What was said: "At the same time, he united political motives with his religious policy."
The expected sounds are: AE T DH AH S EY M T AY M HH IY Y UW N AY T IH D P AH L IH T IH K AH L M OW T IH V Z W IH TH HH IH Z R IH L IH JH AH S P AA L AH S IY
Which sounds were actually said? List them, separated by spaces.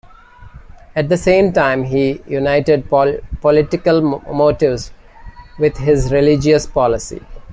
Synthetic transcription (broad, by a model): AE T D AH S EY M T AY M HH IY Y UW N AY T IH D P AH L IH T IH K AH L M OW T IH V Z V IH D HH IH Z R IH L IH JH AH S P AA L AH S IY